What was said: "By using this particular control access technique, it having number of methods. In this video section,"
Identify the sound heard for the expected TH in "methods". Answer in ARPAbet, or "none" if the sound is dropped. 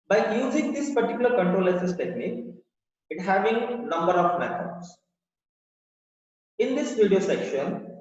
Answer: F